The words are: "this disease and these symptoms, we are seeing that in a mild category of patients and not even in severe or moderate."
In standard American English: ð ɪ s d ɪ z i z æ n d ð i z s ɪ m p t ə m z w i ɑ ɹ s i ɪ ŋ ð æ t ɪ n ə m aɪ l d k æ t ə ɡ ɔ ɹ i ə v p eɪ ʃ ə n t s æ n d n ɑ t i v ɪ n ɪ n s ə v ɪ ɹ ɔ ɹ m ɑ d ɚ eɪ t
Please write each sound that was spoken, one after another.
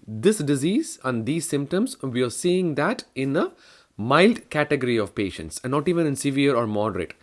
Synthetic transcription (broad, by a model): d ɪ s d ɪ z i z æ n d i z s ɪ m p t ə m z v i ɑ ɹ s i ɪ ŋ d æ t ɪ n ə m aɪ l d k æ t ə ɡ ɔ ɹ i ə v p eɪ ʃ ə n t s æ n n ɑ t i v ɪ n ɪ n s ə v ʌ ɹ ɔ ɹ m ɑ d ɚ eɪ t